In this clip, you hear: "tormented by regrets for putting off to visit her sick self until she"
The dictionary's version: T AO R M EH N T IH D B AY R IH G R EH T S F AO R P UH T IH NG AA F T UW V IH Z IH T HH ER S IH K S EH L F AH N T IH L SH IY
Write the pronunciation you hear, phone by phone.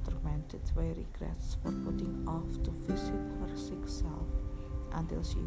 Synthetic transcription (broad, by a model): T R M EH N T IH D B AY R IH G R EH T S F AO R P UH T IH NG AA F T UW F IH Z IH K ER S IH K S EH L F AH N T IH L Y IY